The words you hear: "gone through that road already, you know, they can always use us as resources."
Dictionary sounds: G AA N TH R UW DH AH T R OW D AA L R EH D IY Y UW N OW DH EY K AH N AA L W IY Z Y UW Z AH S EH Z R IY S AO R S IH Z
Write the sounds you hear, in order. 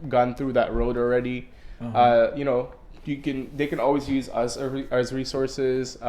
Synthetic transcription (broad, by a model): G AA N TH R UW DH AH T R OW D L R EH D IY Y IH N OW DH EY K AH N AA L W IY Z Y UW Z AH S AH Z R IY S AO R S IH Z